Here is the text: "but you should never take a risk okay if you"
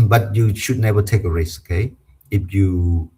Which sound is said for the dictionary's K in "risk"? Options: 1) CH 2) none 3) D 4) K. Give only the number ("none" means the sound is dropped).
2